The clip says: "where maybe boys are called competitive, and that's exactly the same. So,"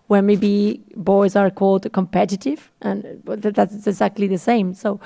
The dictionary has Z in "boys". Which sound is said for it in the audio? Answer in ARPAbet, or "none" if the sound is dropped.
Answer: Z